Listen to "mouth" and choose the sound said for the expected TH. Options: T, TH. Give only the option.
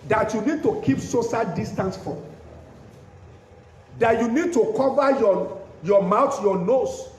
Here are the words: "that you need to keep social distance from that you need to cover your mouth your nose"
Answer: T